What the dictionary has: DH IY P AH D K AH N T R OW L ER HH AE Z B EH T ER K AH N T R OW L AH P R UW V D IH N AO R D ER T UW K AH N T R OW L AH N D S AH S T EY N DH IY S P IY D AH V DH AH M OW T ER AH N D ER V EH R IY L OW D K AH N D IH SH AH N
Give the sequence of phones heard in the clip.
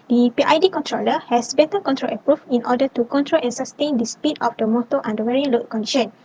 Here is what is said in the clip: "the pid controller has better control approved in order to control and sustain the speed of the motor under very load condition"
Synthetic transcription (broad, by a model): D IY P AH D K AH N T R OW L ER HH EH S B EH T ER K AH N T R OW L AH P R UW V IH N AO D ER T UW K AH N T R OW L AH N S AH S T EY N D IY S P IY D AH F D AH M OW T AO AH N D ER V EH R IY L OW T K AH N D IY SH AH N